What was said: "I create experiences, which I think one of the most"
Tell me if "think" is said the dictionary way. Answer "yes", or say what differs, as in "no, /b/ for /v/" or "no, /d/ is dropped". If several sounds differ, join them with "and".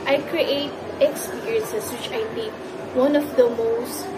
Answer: no, /t/ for /θ/